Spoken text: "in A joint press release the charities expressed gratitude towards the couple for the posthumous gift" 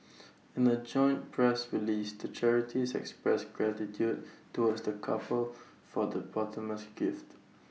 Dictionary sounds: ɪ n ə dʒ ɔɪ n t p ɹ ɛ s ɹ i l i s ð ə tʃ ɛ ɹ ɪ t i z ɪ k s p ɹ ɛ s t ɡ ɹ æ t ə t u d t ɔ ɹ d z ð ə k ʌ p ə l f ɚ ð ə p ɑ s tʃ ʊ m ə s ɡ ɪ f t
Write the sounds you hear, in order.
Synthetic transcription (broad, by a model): ɪ n ə dʒ ɔɪ n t p ɹ ɛ s ɹ i l i s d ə tʃ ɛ ɹ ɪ t i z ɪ k s p ɹ ɛ s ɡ ɹ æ t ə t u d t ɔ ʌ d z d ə k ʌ p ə l f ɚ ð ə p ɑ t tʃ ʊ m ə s ɡ ɪ f t